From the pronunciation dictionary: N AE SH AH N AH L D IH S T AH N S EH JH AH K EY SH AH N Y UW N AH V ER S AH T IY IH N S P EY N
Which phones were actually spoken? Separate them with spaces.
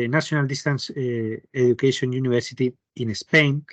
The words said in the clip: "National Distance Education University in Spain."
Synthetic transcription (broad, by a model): N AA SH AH N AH L D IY S T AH N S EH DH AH K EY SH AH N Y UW N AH B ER S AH T IY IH N S P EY N